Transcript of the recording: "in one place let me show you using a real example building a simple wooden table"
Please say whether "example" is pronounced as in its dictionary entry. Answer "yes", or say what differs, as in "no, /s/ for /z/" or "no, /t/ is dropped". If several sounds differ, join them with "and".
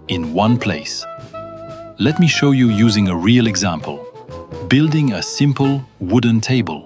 yes